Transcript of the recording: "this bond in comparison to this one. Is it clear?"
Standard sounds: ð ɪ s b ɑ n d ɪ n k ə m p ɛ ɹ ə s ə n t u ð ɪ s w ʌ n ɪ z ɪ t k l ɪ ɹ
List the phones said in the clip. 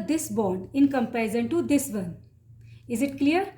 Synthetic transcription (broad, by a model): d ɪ s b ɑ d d ɪ n k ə m p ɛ ə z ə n t u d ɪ s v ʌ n ɪ z ɪ t k l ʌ ɹ